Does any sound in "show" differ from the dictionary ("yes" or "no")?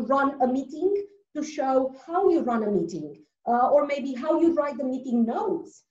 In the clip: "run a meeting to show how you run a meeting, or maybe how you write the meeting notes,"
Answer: no